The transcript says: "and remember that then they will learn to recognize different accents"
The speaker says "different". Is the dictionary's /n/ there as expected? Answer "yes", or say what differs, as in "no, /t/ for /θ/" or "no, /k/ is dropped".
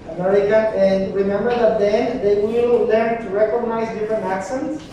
yes